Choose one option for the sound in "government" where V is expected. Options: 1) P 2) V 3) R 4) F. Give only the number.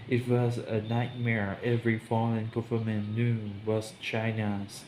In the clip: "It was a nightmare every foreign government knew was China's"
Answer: 4